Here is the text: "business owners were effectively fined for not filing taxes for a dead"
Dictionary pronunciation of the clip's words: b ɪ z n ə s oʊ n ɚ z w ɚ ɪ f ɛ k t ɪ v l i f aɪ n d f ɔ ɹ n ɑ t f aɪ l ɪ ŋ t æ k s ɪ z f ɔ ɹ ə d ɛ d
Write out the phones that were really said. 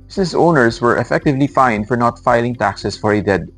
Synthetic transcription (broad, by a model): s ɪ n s oʊ n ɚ s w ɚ ɪ f ɛ k t ɪ v l i f aɪ n d f ɔ ɹ n ɑ t f aɪ l ɪ ŋ t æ k s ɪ s f ɔ ɹ ə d ɛ d